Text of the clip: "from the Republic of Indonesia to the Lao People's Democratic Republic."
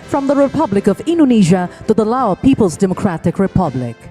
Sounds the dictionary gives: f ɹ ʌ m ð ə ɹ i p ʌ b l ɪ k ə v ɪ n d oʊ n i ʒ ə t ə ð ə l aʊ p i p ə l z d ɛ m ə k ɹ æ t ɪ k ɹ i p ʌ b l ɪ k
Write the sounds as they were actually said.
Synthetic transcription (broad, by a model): f ɹ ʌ m ð ə ɹ i p ʌ b l ɪ k ə v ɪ n d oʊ n i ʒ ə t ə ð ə l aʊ p i p ə l z d ɛ m ə k ɹ æ t ɪ k ɹ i p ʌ b l ɪ k